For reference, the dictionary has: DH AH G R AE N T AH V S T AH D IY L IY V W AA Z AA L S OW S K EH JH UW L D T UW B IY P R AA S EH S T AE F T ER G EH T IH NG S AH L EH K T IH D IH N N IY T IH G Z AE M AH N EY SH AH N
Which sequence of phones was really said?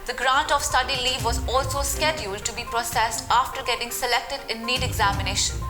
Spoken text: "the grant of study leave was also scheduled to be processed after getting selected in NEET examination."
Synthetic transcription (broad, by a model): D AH G R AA N T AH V S T AH D IY L IY V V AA Z AA L S OW S K EH JH UW L D T UW B IY P R AA S EH S T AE F T ER G EH T IH NG S AH L EH K T IH D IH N N IY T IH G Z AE M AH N EY SH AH N